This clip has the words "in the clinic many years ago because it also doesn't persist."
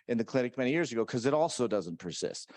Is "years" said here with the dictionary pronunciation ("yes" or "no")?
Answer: yes